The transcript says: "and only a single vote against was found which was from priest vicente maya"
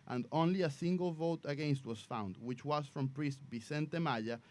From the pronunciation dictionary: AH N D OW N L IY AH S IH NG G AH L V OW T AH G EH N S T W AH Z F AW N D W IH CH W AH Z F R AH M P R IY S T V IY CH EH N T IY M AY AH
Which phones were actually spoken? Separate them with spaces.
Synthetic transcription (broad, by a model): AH N D OW N L IY AH S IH NG G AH L V OW T AH G EH N S T W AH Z F AW N D W IH CH W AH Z F R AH M P R IY S T B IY S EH N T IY M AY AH